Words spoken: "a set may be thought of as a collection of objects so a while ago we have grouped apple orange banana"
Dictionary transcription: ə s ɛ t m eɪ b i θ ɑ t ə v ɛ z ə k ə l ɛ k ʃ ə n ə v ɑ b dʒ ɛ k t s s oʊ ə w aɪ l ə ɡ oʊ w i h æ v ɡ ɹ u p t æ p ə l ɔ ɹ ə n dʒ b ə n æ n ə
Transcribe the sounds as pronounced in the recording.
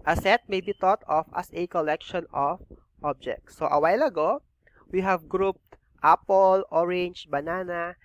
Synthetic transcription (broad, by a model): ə s ɛ t m eɪ b i t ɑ t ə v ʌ s ə k ə l ɛ k ʃ ə n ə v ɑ b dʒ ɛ k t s s oʊ ə w aɪ l ə ɡ oʊ w i h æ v ɡ ɹ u p t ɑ p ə l ɔ ɹ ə n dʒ b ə n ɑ n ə